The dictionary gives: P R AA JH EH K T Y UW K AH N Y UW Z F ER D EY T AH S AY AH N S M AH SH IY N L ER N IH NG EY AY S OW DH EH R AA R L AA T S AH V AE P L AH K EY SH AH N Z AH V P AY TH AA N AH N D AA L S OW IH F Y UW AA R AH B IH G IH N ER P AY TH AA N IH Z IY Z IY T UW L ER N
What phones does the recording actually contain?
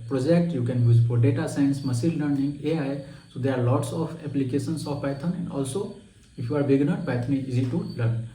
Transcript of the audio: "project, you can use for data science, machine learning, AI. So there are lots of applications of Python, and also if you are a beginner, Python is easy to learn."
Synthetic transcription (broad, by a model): P R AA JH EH K T Y UW K AH N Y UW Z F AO D EY T AH S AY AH N S M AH S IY L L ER N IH NG EY AY S OW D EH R AA R L AA T S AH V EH P L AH K EY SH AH N S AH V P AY T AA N AH N D AA L S OW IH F Y UW AA R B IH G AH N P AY T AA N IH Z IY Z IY T UW L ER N